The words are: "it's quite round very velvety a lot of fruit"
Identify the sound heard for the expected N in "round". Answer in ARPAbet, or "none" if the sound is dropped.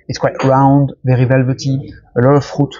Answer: N